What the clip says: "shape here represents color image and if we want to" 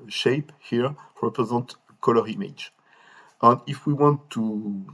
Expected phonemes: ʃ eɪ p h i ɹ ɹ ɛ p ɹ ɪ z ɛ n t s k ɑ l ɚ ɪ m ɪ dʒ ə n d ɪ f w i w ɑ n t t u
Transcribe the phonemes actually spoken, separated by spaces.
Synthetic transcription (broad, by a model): ʃ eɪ p h i ɹ ɹ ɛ p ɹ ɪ z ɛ n t k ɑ l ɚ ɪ m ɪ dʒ ə n d ɪ f w i w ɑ n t t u